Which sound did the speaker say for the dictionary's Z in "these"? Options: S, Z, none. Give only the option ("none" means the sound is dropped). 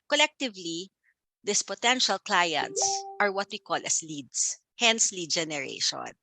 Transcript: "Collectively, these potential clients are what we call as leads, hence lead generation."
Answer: S